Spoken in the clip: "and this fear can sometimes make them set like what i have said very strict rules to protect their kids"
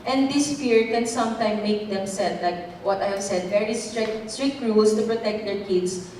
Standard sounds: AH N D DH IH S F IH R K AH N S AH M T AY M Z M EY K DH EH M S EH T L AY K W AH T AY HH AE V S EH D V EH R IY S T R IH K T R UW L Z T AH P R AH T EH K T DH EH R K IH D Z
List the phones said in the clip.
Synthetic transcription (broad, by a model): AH N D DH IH S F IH R K AH N S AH M T AY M M EY K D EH M S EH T L AY K W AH T AY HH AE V S EH D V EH R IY S T R IH K T R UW L S T AH P R AH T EH K T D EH R K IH D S